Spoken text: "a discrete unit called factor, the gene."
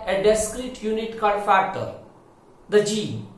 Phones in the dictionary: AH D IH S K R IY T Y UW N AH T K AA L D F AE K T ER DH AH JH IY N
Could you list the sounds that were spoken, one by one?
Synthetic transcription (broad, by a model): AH D IH S K R IY T Y UW N AH T K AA D F AE K T ER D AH JH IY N